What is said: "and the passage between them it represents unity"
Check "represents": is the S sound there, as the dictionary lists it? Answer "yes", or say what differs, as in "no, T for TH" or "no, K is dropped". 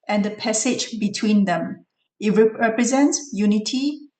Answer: yes